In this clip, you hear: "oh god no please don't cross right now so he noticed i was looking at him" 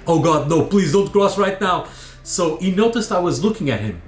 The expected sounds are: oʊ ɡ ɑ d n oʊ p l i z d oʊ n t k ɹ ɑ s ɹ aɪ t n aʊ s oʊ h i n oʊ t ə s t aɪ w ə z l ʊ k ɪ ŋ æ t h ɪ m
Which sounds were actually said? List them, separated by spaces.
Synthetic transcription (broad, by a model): oʊ ɡ ɑ d n oʊ p l i z d oʊ n t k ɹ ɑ s ɹ aɪ t n aʊ s oʊ h i n oʊ t ə s t aɪ w ə z l ʊ k ɪ ŋ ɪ t h ɪ m